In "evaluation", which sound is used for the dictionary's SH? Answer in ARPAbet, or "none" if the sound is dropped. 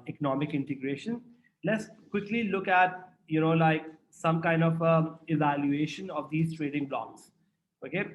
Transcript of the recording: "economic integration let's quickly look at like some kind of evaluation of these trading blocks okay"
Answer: SH